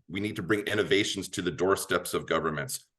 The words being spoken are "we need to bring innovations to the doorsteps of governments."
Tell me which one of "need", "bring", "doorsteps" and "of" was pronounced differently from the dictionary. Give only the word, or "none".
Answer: none